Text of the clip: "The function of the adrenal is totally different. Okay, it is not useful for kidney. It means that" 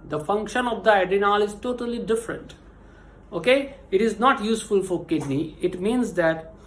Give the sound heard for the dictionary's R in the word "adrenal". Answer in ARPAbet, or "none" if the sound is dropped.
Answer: none